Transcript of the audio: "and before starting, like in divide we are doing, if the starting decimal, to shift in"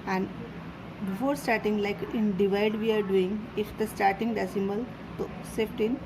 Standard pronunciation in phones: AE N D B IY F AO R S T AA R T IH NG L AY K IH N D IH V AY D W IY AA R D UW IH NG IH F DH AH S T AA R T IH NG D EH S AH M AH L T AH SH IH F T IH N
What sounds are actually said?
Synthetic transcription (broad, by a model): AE N D B IY F AO R S T AA R T IH NG L AY K IH N D IH V AY D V IY AA R D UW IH NG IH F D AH S T AA R T IH NG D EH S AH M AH L T AH S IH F T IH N